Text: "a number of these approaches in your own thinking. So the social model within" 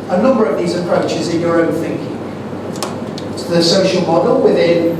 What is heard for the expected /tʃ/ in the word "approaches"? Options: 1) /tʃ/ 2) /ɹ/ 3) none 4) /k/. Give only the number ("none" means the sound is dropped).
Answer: 1